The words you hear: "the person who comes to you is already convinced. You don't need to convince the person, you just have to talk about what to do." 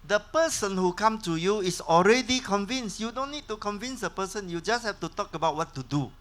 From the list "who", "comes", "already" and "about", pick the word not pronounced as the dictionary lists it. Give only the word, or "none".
comes